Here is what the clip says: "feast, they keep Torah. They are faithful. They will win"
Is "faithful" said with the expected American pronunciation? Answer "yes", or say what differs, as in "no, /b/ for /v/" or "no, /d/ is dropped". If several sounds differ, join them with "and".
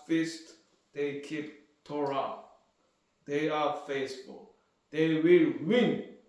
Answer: no, /s/ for /θ/